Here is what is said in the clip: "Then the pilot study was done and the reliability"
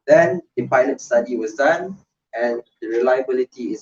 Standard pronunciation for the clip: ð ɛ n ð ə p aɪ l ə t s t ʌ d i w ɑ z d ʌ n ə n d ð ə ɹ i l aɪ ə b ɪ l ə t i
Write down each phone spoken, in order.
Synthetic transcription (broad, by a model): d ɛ n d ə p aɪ l ə t s t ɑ d i w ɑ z d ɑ n ə n d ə ɹ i l aɪ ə b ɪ l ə t i